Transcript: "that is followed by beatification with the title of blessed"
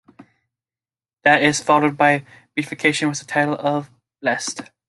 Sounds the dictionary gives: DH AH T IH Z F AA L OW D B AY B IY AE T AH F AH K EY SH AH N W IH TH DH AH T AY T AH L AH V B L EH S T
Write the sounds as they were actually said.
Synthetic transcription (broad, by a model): DH AH T IH Z F AA L OW D B AY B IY F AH K EY SH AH N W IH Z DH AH T AY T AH L AH V B L EH S T